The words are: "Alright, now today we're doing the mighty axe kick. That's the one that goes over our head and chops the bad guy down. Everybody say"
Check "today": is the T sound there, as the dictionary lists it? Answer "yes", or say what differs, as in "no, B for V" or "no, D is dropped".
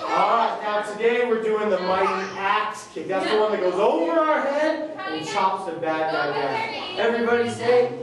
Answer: no, S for T